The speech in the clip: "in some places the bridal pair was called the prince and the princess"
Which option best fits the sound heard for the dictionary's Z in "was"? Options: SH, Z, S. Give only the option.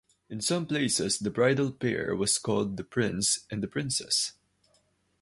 S